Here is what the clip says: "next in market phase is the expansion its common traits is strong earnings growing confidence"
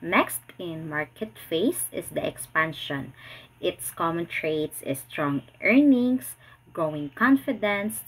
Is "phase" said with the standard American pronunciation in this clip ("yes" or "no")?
no